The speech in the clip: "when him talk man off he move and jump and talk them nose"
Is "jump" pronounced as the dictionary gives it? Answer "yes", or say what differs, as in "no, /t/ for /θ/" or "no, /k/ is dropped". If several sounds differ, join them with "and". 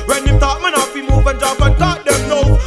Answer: no, /m/ is dropped